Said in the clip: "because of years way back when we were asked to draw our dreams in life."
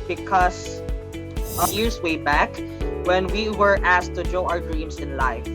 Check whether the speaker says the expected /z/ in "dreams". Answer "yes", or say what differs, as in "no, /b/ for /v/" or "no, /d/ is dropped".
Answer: no, /s/ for /z/